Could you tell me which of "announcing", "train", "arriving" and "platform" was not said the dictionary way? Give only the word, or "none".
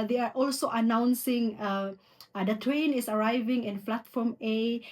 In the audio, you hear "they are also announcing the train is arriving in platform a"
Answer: platform